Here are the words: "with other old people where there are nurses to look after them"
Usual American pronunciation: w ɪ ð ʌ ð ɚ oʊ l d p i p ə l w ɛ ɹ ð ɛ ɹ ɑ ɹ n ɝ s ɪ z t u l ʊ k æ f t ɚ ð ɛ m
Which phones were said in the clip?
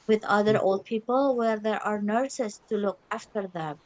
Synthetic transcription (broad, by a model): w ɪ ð ʌ ð ɚ oʊ l d p i p ə l w ɛ ɹ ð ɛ ɹ ɑ ɹ n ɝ s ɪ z t u l ʊ k æ f t ɚ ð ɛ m